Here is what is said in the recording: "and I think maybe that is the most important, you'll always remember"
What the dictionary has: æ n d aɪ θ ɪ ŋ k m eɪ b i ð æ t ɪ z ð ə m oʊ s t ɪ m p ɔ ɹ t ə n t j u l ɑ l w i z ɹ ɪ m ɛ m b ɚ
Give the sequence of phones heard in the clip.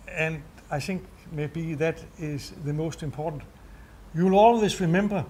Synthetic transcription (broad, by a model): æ n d aɪ θ ɪ ŋ k m eɪ b i ð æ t ɪ z ð ə m oʊ s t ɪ m p ɔ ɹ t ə n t j u l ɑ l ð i s ɹ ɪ m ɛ m b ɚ